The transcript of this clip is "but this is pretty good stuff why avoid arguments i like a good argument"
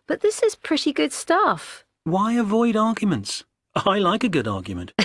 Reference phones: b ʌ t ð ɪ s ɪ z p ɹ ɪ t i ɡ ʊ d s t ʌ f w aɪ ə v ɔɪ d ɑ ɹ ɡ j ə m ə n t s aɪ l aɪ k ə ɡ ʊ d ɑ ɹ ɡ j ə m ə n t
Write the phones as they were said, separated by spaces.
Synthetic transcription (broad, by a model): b ʌ t ð ɪ s ɪ z p ɹ ɪ t i ɡ ʊ d s t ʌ f w aɪ ə v ɔɪ d ɑ ɹ ɡ j ə m ə n t s aɪ l aɪ k ə ɡ ʊ d ɑ ɹ ɡ j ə m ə n t